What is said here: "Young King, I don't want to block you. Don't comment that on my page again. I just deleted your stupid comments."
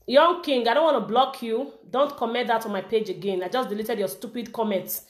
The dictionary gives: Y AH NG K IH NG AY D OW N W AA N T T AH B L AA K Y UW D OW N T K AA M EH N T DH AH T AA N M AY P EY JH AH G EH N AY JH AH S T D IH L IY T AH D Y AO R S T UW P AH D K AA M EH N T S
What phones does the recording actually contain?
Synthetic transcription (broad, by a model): Y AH NG K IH NG AY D OW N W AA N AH B L AA K Y UW D OW N T K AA M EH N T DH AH T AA M AY P EY JH AH G EH N AY JH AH S D IH L IY T AH D Y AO S T UW P AH D K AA M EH N T S